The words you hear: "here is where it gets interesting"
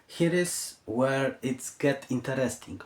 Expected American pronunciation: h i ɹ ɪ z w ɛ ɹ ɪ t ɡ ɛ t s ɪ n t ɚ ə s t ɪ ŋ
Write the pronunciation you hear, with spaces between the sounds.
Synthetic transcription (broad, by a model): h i ɹ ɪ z w ɛ ɹ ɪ t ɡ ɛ t ɪ n t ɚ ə s t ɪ ŋ